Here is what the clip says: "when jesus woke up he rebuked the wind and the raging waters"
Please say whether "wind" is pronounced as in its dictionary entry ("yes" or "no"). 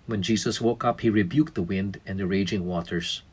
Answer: yes